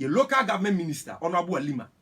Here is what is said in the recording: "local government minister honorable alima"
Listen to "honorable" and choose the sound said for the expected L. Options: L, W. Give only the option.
W